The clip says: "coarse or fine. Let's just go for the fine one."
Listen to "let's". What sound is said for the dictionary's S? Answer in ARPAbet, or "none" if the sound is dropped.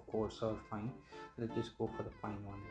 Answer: none